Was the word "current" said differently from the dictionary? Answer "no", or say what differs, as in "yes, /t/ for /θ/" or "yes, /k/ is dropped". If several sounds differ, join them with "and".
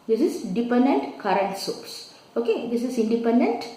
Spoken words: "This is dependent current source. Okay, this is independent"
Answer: no